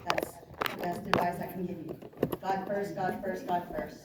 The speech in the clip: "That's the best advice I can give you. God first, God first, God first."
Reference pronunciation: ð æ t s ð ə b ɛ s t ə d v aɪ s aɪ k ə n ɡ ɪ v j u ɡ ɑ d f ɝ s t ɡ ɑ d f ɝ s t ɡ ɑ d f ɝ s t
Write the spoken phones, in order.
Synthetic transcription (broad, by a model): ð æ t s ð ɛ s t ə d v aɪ ɪ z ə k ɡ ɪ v ɡ ɑ d f ɝ s t ɡ ɑ d f ɝ s t ɡ ɑ d f ɝ s t